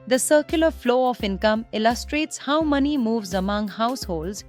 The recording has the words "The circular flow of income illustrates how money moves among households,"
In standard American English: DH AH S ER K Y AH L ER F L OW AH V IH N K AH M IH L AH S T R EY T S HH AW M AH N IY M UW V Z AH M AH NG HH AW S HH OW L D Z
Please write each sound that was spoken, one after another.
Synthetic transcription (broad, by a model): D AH S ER K Y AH L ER F L OW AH F IH N K AH M IH L AH S T R EY T S HH AW M AH N IY M UW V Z AH M AH NG HH AW S HH OW L D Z